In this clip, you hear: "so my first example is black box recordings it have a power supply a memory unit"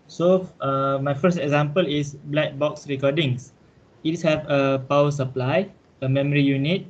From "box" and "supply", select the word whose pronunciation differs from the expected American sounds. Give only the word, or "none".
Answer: none